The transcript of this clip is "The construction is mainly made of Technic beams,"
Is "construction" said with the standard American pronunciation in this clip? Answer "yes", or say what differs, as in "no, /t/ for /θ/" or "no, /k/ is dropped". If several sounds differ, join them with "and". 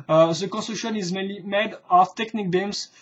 no, /ɹ/ is dropped